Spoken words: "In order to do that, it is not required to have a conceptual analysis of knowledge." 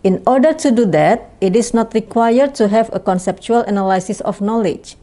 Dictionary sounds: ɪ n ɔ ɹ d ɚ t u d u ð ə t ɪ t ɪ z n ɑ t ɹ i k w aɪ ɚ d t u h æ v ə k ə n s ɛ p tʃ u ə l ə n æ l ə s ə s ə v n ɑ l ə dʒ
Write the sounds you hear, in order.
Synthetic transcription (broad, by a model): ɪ n ɔ ɹ d ɚ t u d u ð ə t ɪ t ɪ s n ɑ t ɹ i k w aɪ ɚ d t u h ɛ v ə k ə n s ɛ p tʃ u ə l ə n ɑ l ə s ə s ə f n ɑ l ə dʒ